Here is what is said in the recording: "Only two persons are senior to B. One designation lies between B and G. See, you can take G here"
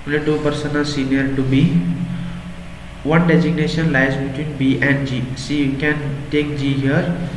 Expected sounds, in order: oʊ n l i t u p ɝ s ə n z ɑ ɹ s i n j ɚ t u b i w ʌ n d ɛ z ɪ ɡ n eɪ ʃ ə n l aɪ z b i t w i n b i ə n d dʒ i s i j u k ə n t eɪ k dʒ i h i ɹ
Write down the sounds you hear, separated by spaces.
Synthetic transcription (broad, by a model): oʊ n l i t u p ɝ s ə n ɑ l s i n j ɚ t u b i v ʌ n d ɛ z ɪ ɡ n eɪ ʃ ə n l aɪ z b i t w i n b i ə n d dʒ i s i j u k ə n t eɪ k dʒ i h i ɹ